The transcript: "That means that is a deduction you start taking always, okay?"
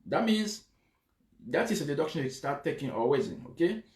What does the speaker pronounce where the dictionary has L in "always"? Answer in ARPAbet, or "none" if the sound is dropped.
none